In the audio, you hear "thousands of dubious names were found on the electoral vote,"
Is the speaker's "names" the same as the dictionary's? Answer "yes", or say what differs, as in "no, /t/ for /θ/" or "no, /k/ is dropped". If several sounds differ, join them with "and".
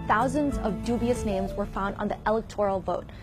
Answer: yes